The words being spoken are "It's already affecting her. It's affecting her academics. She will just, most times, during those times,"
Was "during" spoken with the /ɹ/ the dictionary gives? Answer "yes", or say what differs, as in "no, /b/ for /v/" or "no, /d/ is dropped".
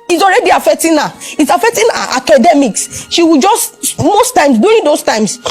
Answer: no, /ɹ/ is dropped